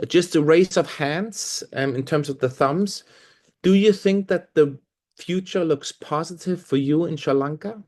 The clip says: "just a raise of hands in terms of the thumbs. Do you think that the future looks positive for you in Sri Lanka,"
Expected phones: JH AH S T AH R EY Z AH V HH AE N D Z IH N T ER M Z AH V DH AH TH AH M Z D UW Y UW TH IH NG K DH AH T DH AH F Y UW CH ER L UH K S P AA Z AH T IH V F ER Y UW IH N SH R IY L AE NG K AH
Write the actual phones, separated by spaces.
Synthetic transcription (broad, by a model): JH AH S T AH R EY S AH V HH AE N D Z IH N T ER M Z AH V DH AH TH AH M Z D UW Y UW TH IH NG K DH AH T DH AH F Y UW CH ER L UH K S P AA Z AH T IH V F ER Y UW IH N SH AH L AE NG K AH